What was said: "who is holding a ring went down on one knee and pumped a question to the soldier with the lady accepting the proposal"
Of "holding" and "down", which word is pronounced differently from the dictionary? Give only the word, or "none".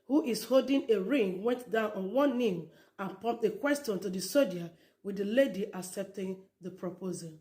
none